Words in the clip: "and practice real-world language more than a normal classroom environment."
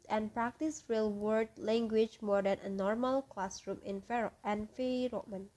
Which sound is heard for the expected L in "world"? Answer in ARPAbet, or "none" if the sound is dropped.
none